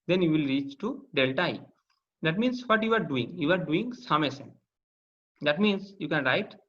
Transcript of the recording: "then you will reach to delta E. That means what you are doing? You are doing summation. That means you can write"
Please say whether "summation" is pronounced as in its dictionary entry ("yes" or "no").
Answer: no